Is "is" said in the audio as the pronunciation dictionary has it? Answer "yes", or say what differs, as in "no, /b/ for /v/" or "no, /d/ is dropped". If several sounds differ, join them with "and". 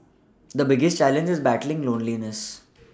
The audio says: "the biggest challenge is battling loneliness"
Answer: yes